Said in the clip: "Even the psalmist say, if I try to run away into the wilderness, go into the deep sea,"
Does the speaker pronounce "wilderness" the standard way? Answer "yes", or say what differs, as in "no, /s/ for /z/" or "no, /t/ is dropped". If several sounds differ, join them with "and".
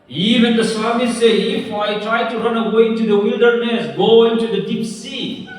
yes